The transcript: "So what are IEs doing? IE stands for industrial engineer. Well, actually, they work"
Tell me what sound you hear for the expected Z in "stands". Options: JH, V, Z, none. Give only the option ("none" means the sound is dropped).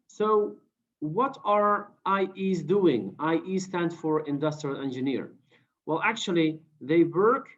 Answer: none